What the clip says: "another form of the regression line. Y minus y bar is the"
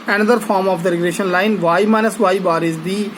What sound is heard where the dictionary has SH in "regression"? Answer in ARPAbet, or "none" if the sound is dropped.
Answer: SH